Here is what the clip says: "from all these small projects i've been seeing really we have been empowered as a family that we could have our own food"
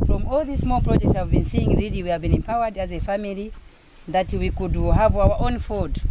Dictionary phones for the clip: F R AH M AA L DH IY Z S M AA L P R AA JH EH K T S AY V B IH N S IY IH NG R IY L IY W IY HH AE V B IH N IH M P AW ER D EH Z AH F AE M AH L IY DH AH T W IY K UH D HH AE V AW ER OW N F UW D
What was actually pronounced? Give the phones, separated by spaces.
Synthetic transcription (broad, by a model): F R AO M AA L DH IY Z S M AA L P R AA JH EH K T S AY V B IH N S IY IH NG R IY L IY W IY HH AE V B IH N IH M P AW ER D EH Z AH F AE M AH L IY DH AH T W IY K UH D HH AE V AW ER OW N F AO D